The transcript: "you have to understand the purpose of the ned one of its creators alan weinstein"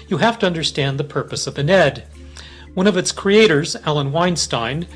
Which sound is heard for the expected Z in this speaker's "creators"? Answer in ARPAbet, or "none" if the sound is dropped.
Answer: Z